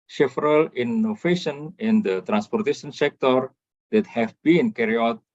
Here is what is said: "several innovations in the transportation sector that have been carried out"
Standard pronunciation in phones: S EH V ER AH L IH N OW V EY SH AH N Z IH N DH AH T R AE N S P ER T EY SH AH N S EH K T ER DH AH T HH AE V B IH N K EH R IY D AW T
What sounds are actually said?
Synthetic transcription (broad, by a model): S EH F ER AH L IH N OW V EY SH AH N IH N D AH T R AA N S P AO T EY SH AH N S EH K T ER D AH T HH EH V B IH N K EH R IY AW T